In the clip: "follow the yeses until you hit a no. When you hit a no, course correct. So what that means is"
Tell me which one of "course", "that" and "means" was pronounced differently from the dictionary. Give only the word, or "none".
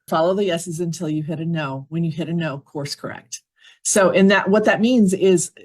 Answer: none